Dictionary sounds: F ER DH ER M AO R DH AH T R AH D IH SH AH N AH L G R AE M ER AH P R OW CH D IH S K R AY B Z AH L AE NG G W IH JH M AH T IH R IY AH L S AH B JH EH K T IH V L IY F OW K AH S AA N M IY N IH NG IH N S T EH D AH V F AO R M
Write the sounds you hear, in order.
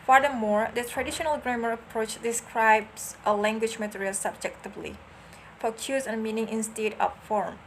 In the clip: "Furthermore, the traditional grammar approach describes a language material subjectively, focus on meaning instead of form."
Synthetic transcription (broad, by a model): F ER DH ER M AO R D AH T R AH D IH SH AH N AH L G R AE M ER AH P R OW CH D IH S K R AY B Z AH L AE NG G W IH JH M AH T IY R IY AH L S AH B JH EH K T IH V L IY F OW K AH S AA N M IY N IH NG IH N S T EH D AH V F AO R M